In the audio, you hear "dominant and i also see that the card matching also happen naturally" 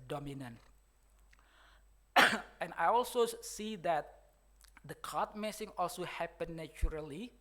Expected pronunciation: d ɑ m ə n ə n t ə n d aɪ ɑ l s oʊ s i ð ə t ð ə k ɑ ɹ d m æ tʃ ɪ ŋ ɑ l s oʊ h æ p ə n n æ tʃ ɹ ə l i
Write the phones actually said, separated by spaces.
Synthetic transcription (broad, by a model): d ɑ m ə n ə n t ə n aɪ ɑ l s oʊ s i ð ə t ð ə k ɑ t m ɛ s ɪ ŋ ɑ l s oʊ h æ p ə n n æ tʃ ɹ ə l i